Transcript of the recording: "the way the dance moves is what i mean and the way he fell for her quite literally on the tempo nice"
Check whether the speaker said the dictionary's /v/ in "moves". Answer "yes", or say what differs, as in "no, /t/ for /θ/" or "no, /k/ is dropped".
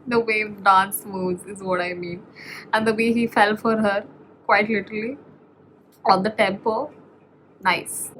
no, /v/ is dropped